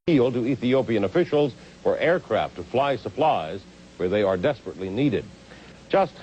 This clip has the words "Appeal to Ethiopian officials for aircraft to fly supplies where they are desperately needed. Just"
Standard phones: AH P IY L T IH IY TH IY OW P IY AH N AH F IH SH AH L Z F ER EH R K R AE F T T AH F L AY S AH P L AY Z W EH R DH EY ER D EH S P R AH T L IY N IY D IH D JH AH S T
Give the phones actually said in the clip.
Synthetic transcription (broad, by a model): IY L T IH IY TH IY OW P IY AH N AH F IH SH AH L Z F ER EH R K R AE F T T AH F L AY S AH P L AY Z W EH R DH EY ER D EH S P R AH T L IY N IY D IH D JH AH S T